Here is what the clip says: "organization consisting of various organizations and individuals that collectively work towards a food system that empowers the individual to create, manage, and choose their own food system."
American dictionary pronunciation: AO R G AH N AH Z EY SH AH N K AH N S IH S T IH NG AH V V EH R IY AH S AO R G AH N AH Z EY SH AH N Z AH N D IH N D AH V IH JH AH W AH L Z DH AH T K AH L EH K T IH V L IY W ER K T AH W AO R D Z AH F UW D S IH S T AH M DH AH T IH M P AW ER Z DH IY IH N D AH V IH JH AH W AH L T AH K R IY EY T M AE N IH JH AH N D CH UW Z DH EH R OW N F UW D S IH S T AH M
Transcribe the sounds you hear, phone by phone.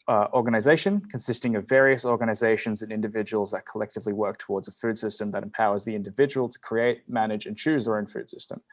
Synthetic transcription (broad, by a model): AO R G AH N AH Z EY SH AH N K AH N S IH S T IH NG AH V V EH R IY AH S AO R G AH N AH Z EY SH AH N Z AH N IH N D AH V IH JH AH W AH L Z DH AH T K AH L EH K T IH V L IY W ER K T AH W AO R D Z AH F UW D S IH S T AH M DH AH T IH M P AW ER Z DH IY IH N D AH V IH JH AH W AH L T AH K R IY EY T M AE N IH JH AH N CH UW Z DH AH R OW N F UW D S IH S T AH M